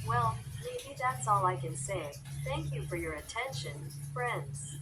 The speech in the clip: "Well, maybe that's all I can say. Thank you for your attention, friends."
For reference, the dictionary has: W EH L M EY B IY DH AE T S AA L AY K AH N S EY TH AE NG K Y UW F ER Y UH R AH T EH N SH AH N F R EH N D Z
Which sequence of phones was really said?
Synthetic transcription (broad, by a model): W EH L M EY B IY DH AE T S AA L AY K AH N S EY TH AE NG K Y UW F ER Y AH R AH T EH N SH AH N F R EH N D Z